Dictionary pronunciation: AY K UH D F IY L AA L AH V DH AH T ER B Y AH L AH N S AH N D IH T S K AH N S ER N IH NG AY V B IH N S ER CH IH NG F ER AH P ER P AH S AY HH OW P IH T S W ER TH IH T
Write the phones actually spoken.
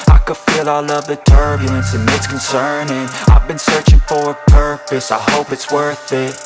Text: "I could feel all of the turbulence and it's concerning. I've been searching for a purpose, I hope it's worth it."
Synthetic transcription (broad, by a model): AY K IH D F IY L AA L AH V DH AH T ER B Y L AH N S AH N IH T S K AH N S ER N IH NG AY V B IH N S ER CH IH NG F ER AH P ER P AH S AY HH OW P IH T S W ER TH IH T